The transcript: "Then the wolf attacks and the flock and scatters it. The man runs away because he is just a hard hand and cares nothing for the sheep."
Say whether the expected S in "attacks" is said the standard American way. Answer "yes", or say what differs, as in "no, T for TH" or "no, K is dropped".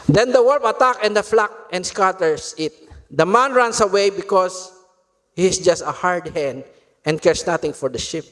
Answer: no, S is dropped